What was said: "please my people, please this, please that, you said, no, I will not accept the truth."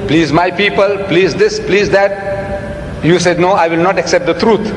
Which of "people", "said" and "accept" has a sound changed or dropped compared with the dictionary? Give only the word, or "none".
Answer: none